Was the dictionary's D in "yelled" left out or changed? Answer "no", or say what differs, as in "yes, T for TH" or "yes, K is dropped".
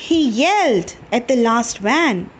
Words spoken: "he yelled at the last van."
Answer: no